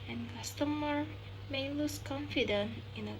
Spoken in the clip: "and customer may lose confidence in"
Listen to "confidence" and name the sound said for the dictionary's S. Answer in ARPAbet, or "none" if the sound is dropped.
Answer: none